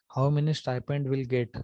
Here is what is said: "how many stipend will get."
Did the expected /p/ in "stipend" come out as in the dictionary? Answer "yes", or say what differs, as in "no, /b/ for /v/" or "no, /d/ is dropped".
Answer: yes